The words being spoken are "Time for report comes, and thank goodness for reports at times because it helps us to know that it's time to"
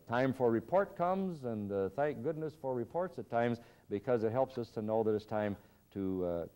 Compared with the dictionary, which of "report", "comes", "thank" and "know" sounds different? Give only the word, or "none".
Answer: none